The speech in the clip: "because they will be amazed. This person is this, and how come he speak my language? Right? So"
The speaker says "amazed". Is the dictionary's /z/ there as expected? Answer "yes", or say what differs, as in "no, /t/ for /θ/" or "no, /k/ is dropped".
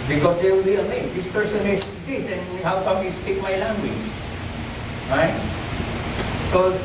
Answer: no, /s/ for /z/